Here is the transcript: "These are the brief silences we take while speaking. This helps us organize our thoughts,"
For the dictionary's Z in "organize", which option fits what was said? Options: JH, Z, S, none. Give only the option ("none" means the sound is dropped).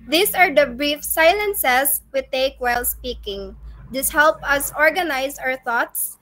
S